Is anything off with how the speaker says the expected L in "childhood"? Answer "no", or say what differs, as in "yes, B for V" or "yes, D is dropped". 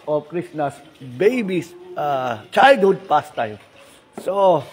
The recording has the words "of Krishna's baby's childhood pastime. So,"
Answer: yes, L is dropped